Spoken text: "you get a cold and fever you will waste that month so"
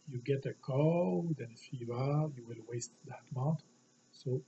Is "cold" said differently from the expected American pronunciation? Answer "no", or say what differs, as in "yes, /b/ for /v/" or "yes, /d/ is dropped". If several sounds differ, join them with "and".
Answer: yes, /l/ is dropped